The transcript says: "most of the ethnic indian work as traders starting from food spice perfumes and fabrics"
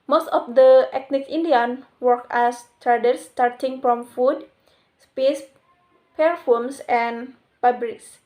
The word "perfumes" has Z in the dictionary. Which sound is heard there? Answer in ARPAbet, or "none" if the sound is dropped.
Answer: S